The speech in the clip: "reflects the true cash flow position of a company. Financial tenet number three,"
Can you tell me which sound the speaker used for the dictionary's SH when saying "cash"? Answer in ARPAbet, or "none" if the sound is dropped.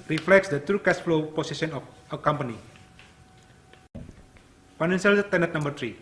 S